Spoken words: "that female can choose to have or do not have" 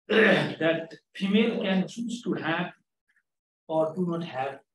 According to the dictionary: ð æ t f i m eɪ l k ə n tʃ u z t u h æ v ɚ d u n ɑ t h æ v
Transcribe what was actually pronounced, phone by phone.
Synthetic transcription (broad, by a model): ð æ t p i m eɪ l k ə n s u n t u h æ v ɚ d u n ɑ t h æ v